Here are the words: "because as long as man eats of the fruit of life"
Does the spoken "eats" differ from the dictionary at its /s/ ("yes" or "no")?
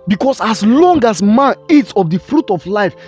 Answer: no